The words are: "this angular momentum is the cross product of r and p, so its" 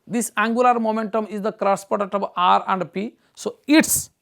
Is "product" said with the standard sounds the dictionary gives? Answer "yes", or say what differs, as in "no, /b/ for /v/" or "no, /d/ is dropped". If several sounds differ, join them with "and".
no, /ɹ/ is dropped